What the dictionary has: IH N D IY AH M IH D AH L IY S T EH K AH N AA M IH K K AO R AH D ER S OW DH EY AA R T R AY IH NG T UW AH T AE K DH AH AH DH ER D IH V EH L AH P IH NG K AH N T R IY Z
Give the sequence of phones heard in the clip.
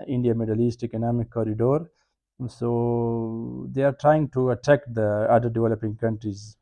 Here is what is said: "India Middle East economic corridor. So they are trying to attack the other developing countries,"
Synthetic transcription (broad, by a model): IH N D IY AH M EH D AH L IY S T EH K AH N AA M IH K K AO R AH D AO S OW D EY AA R T R AY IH NG T UW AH T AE K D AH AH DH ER D IH V EH L AH P IH NG K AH N T R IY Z